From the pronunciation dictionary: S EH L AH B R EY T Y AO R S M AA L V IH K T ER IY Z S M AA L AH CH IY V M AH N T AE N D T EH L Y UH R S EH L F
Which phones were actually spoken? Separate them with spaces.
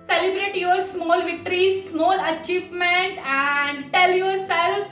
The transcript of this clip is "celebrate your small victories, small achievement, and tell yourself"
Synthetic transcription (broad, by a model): S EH L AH B R EY T Y AO R S M AA L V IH K T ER IY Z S M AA L AH CH IY V M AH N T AE N D T EH L Y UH R S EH L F